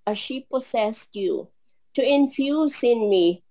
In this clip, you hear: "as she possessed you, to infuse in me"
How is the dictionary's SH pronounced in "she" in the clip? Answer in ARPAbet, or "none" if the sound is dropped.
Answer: SH